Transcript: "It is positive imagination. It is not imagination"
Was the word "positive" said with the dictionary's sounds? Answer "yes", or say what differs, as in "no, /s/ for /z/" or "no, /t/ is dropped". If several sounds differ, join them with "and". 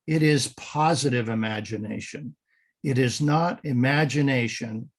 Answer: yes